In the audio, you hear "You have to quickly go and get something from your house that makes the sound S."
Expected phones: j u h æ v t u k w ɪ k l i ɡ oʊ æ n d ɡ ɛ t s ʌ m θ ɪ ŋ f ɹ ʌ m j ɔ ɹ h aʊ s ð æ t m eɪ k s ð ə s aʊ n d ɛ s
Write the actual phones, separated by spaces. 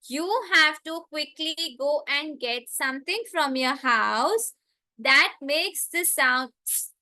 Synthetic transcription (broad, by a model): j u h æ v t u k w ɪ k l i ɡ oʊ æ n d ɡ ɛ t s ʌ m t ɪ ŋ f ɹ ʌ m j ɔ ɹ h aʊ s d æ t m eɪ k s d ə s aʊ n d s